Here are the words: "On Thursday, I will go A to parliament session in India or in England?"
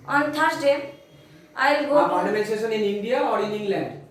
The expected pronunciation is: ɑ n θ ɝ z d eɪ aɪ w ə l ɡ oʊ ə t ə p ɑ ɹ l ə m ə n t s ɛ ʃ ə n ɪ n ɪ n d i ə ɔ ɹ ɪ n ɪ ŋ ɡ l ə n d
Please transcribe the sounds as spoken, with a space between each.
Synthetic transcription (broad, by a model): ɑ n t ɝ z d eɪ aɪ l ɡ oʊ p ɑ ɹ n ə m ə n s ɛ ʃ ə n ɪ n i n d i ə ɔ ɹ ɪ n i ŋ l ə n d